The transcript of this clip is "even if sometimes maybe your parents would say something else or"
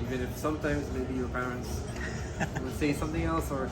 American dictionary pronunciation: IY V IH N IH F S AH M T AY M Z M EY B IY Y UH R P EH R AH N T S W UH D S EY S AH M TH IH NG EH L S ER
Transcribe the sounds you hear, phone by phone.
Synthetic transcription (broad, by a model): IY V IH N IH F S AH M T AY M Z M EY B IY Y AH R P EH R AH N T S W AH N S EY S AH M TH IH NG EH L S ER